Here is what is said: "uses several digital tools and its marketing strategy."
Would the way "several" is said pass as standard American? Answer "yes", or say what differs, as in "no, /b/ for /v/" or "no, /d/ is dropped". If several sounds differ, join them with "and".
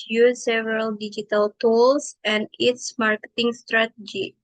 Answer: no, /v/ is dropped